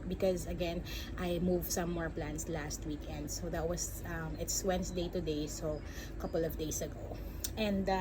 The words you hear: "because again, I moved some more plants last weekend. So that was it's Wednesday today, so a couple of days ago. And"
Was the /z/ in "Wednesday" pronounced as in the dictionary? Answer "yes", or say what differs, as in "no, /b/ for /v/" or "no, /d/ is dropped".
no, /s/ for /z/